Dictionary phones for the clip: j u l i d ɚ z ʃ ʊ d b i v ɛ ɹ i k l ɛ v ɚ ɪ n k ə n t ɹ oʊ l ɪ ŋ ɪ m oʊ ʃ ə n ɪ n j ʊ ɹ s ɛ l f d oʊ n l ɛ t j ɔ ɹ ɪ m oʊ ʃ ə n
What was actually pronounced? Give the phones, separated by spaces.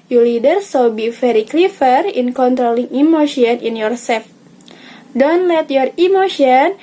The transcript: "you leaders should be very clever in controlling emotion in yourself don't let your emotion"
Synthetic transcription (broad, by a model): j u l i d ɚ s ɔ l b i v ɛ ɹ i k l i f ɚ ɪ n k ə n t ɹ oʊ l ɪ ŋ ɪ m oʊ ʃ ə n ɪ n j ʊ ɹ s ɛ l f d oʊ n l ɛ t j ɔ ɹ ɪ m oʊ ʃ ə n